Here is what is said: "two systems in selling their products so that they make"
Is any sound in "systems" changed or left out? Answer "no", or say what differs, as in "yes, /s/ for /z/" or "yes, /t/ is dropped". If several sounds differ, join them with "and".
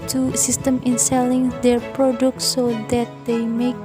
yes, /z/ is dropped